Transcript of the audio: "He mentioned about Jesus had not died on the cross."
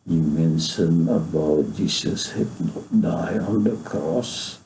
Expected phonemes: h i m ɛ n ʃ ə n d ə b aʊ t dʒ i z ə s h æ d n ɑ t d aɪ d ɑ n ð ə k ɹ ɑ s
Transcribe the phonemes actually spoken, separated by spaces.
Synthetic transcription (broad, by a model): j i m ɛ n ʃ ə n ə b aʊ t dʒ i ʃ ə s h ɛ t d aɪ ɑ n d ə k ɹ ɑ s